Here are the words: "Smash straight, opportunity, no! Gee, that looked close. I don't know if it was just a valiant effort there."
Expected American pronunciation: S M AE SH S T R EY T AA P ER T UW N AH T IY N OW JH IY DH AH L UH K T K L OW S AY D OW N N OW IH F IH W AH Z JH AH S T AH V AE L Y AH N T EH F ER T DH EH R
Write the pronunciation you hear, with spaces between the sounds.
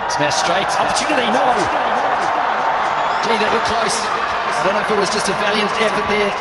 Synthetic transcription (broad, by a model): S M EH S T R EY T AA P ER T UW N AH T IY N OW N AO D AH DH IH T K L OW S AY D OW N N OW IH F IH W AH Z JH AH S T AH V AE L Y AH N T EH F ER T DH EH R